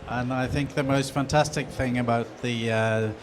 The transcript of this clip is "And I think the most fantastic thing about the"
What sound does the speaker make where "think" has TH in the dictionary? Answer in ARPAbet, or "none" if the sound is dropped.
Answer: TH